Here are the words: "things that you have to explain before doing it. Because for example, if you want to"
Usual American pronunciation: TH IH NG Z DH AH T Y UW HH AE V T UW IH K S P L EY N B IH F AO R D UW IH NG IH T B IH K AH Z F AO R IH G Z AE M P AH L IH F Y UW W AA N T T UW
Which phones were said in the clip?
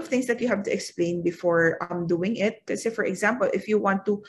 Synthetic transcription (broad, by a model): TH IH NG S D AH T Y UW HH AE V T UW IH K S P L EY N B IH F AO R D UW IH NG IH T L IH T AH F AO R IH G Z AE M P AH L IH F Y UW W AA N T T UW